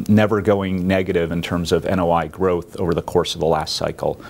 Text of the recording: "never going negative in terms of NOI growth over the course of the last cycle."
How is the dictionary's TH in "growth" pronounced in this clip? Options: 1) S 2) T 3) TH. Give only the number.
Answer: 3